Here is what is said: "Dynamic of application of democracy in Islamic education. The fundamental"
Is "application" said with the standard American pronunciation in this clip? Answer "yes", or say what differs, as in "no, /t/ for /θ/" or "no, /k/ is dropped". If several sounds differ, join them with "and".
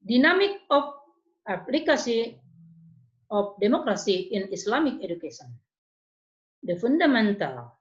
no, /s/ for /ʃ/ and /n/ is dropped